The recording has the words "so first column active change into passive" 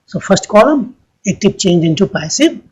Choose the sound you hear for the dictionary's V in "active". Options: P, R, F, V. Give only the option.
P